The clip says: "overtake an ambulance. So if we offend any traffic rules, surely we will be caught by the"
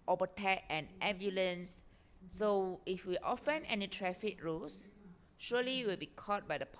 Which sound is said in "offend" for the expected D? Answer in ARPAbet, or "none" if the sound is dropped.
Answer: none